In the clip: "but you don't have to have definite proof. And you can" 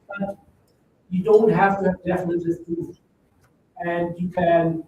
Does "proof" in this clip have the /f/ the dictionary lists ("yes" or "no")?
no